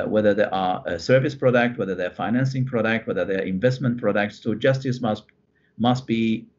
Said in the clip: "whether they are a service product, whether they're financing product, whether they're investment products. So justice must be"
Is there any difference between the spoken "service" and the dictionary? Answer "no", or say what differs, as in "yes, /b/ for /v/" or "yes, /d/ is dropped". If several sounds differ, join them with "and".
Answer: no